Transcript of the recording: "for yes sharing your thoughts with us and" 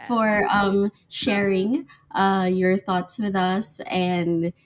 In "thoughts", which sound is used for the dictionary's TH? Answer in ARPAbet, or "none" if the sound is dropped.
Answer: TH